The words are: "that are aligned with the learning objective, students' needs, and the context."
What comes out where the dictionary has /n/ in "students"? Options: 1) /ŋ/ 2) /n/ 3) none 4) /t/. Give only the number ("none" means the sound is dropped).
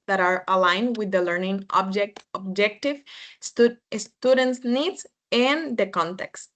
2